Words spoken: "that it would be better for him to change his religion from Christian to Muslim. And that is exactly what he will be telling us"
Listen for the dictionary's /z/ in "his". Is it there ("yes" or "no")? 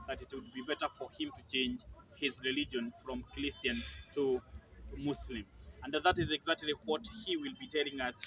yes